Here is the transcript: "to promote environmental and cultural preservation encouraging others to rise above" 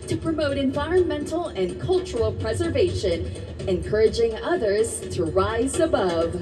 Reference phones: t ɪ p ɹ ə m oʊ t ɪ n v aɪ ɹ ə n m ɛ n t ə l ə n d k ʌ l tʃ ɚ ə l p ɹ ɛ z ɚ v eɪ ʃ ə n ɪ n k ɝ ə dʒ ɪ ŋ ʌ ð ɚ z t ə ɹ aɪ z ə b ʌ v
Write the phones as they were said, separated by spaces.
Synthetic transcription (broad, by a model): t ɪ p ɹ ə m oʊ t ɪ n v aɪ ɹ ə n m ɛ n t l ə n k ʌ l tʃ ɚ l p ɹ ɛ z ɚ v eɪ ʃ ə n ɪ n k ɝ ə dʒ ɪ ŋ ʌ ð ɚ z t ə ɹ aɪ z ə b ʌ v